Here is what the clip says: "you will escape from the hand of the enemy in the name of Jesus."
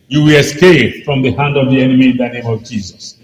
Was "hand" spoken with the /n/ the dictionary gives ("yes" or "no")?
yes